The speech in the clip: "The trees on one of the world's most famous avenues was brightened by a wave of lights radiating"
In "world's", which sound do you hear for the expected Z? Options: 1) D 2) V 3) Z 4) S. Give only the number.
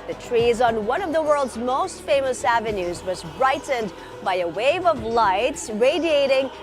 3